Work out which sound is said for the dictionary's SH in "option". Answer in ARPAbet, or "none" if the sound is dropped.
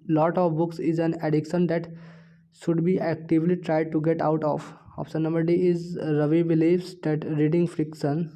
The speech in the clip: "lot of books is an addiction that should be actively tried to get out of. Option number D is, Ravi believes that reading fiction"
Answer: S